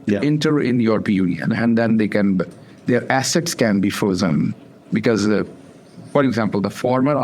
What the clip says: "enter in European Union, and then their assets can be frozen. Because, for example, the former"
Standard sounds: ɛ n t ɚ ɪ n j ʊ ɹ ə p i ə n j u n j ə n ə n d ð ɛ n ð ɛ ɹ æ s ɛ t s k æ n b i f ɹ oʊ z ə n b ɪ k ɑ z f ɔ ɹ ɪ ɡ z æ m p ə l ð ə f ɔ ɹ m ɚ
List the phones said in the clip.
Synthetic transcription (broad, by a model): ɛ n t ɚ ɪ n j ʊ ɹ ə p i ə n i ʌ n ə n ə n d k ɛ n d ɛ ɹ æ s ɛ t s k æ n b i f oʊ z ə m b ɪ k ɑ z f ɔ ɹ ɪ ɡ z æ m p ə l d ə f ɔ ɹ m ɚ